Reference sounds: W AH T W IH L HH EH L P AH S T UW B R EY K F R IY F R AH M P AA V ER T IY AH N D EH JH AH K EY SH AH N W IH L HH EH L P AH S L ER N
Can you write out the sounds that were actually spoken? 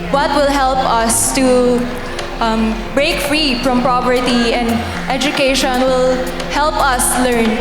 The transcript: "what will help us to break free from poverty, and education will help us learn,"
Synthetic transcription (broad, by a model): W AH T W IH L HH EH L P AH S T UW B R EY K F R IY F R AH M P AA P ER T IY AH N D EH JH AH K EY SH AH N W IH L HH EH L P AH S L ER N